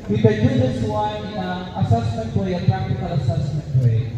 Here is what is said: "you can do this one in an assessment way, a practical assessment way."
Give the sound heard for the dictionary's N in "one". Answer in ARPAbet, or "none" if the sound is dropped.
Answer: none